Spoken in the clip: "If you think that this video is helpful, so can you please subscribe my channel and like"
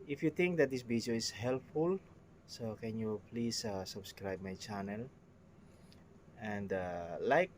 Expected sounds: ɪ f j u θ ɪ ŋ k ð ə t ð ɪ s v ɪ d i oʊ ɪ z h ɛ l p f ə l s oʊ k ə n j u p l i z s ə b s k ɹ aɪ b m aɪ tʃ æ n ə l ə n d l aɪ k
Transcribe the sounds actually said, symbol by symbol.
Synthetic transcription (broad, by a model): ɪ f j u t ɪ ŋ k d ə t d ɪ s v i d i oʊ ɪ s h ɛ l p f ə l s oʊ k ə n j u p l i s s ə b s k ɹ aɪ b m aɪ tʃ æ n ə l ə n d l aɪ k